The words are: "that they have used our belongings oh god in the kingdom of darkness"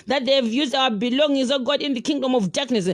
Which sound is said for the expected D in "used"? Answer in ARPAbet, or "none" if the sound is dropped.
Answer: D